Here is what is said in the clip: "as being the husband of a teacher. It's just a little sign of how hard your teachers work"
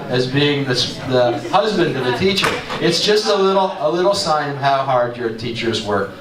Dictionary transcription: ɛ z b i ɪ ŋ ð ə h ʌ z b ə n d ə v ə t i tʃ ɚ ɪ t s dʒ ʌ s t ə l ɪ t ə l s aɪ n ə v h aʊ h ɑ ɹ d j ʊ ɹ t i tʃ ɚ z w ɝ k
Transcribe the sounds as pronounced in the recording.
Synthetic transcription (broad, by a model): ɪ z b i ɪ ŋ ð ə h ʌ z b ə n d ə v ə t i tʃ ɚ ɪ t s dʒ ʌ s t ə l ɪ t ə l s aɪ n ə v h aʊ h ɑ ɹ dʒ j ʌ ɹ t i tʃ ɚ z w ɝ k